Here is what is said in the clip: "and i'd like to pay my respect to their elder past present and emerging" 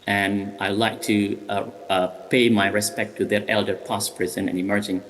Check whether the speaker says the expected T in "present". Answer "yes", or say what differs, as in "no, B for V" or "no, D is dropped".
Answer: no, T is dropped